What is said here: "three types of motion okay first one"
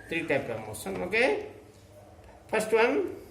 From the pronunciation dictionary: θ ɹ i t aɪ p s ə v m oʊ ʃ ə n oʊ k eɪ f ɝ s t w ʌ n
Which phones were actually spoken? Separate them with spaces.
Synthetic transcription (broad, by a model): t ɹ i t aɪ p ə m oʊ s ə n oʊ k eɪ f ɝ s t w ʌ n